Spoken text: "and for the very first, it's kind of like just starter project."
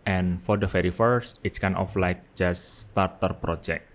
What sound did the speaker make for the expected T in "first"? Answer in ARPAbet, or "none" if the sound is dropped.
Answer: T